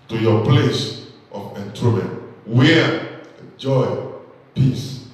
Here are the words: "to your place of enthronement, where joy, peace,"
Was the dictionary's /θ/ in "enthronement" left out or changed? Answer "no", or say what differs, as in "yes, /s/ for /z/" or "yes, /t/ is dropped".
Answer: yes, /t/ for /θ/